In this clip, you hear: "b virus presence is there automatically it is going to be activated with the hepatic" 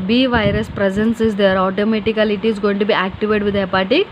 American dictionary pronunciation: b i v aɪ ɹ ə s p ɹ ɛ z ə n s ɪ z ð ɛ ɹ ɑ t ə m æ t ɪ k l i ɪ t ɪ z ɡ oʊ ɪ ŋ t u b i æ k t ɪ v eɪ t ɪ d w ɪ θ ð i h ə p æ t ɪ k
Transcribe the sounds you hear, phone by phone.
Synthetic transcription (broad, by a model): b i v aɪ ɹ ə s p ɹ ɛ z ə n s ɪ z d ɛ ɹ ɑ t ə m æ t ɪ k l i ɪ t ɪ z ɡ oʊ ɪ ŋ t u b i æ k t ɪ v eɪ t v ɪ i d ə p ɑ t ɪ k